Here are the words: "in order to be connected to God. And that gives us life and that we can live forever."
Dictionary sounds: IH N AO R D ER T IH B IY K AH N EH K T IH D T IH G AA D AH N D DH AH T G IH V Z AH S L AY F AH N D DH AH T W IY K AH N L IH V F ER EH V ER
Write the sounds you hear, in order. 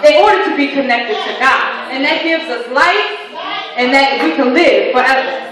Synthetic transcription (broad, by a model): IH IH AO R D T IH B IY K AH N EH K T IH D T IH G AA D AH N DH AH T G IH V Z AH S L AY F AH N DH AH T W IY K AH N L IH V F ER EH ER